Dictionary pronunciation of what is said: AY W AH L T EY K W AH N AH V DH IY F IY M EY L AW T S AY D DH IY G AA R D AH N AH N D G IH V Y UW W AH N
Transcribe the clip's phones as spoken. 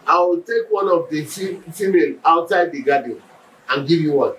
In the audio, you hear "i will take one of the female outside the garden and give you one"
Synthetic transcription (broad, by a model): AY W AH L T EY K W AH N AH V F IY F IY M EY N AW T S AY D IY G AA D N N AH N G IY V Y UW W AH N